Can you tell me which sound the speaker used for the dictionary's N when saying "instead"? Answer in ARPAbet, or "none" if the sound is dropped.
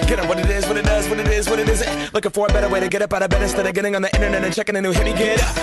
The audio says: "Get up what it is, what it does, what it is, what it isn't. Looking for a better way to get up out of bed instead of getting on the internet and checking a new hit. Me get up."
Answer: none